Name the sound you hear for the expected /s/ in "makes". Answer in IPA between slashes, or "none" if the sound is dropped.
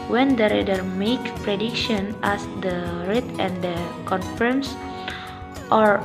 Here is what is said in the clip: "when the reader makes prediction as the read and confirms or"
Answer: none